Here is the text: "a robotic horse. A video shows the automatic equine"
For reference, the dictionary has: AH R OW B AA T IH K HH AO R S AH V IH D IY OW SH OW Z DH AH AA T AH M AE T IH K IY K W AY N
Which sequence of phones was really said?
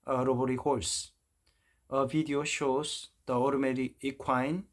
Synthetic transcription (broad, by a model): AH R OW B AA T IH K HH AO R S AH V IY D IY OW SH OW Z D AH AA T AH M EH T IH IY K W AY N